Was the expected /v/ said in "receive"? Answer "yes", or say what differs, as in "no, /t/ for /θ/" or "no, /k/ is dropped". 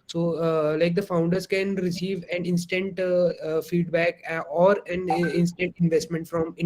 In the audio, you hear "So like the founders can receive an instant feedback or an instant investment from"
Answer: yes